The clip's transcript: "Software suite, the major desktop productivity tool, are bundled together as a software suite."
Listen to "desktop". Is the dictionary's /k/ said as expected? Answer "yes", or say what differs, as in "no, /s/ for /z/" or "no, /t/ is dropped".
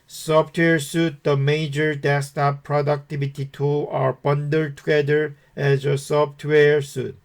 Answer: no, /k/ is dropped